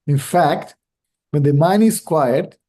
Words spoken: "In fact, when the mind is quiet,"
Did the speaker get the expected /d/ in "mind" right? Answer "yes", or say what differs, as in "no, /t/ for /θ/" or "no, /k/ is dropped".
no, /d/ is dropped